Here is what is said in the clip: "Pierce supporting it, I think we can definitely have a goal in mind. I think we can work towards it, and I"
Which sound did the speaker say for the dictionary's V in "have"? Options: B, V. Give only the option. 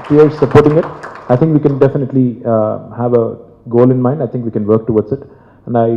V